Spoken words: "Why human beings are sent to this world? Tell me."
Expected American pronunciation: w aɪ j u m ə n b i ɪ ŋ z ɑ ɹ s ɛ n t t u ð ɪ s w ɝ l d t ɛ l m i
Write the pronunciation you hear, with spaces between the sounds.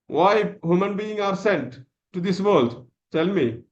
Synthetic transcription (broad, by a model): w aɪ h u m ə n b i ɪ ŋ ɑ ɹ s ɛ n t t u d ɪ s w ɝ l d t ɛ l m i